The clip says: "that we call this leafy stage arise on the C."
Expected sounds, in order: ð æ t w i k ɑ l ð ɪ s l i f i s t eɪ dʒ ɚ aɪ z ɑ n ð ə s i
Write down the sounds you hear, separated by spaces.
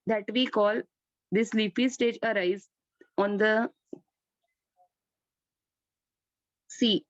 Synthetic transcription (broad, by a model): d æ t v i k ɑ l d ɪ s l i p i s t eɪ dʒ ɚ aɪ z ɑ n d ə s i